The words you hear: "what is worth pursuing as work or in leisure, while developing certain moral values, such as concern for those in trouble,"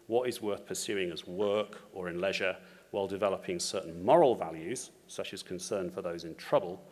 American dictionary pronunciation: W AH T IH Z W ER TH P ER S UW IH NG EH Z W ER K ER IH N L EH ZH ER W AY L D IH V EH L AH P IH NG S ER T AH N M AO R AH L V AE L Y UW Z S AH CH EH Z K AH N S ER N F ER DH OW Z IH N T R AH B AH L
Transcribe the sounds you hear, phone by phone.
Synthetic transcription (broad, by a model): W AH T IH Z W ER TH P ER S UW IH NG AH Z W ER K ER IH N L EH ZH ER W AY L D IH V EH L AH P IH NG S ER T N M AO R AH L V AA L Y UW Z S AH CH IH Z K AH N S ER N F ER DH OW Z IH N T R AH B AH L